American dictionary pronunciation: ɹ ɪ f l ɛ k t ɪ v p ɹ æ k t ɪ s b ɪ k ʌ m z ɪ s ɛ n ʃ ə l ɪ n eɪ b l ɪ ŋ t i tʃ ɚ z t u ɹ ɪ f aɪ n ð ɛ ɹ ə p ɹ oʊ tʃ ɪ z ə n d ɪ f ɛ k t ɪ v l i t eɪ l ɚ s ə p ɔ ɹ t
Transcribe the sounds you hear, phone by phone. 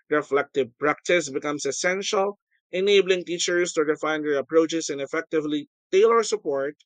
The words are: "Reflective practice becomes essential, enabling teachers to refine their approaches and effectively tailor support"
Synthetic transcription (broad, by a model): ɹ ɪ f l ɛ k t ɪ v p ɹ æ k t ɪ s b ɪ k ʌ m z ɪ s ɛ n ʃ ə l ɪ n eɪ b l ɪ ŋ t i tʃ ɚ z t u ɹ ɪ f aɪ n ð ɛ ɹ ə p ɹ oʊ tʃ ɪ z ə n ɪ f ɛ k t ɪ v l i t eɪ l ɚ s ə p ɔ ɹ t